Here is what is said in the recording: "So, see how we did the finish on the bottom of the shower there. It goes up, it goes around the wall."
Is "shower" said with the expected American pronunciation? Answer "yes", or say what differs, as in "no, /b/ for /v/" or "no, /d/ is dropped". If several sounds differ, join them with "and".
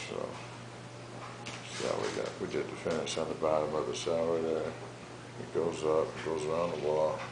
no, /s/ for /ʃ/